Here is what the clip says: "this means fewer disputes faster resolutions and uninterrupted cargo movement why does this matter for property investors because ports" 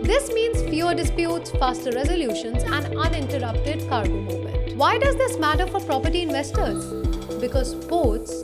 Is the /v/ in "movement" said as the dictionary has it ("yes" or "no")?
no